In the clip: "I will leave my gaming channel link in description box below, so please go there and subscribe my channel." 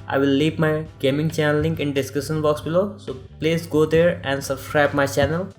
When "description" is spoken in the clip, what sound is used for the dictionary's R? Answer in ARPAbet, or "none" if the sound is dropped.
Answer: none